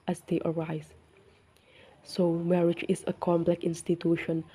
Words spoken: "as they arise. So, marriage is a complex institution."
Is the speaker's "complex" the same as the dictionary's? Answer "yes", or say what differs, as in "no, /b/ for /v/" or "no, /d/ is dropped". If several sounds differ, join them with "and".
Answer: no, /s/ is dropped